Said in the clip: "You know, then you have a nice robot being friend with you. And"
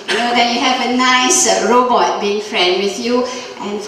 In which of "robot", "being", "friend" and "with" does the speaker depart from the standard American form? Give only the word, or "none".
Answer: none